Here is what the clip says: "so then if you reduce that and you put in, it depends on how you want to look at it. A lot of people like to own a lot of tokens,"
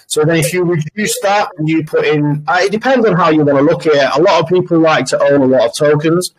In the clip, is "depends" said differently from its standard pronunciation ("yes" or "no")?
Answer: no